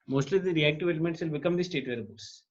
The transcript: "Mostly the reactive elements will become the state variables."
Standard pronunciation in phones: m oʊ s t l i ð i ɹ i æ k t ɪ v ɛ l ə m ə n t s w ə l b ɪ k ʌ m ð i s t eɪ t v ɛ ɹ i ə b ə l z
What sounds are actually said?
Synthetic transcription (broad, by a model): m oʊ s t l i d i ɹ i æ k t ɪ v ɛ l ə m ə n t s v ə l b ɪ k ʌ m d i s t eɪ t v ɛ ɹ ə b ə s